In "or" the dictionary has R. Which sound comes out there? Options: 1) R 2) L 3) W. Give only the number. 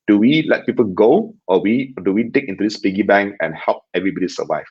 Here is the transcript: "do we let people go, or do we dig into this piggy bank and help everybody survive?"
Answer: 3